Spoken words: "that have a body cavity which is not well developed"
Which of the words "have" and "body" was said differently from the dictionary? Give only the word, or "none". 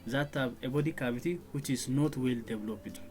have